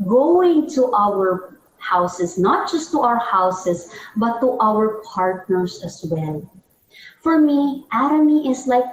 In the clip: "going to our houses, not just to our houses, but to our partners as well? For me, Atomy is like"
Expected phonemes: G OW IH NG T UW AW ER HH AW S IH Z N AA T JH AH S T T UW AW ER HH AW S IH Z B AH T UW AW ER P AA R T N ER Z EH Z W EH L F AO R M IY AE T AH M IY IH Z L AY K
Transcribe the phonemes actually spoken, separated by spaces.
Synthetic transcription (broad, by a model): G OW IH NG T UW AW ER HH AW S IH S N AA T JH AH S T T UW AW ER HH AW S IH S B AH T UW AW ER P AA R T N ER S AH S W EH L F AO R M IY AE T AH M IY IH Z L AY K